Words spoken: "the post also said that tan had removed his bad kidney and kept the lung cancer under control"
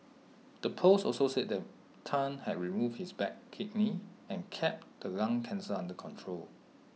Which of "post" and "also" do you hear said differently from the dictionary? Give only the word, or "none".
post